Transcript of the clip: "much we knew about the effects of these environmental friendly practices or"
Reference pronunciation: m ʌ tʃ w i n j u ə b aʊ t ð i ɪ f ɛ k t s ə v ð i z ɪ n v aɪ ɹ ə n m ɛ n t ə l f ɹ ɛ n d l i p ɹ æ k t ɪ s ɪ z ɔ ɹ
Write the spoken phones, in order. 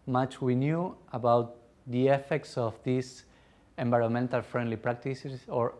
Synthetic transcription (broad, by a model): m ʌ tʃ w i n j u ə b aʊ t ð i ɪ f ɛ k t s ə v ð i s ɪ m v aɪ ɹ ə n m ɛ n t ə l f ɹ ɛ n d l i p ɹ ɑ k t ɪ s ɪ s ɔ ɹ